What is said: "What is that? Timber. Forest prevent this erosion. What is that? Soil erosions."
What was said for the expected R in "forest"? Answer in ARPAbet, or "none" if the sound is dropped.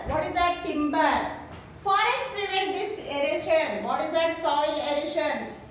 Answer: none